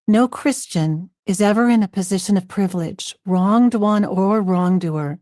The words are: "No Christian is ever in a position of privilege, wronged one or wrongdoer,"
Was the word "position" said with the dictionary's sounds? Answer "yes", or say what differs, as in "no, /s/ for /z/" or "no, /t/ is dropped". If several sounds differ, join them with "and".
yes